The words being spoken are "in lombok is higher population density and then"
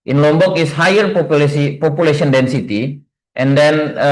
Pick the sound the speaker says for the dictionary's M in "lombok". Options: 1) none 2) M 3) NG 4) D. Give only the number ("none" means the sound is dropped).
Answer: 2